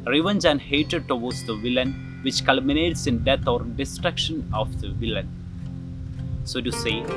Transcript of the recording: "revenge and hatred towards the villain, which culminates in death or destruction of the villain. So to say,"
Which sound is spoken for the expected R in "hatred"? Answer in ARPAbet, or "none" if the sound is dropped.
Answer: none